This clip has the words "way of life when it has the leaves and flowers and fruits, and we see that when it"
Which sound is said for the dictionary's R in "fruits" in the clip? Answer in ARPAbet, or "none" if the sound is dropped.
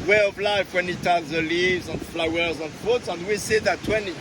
none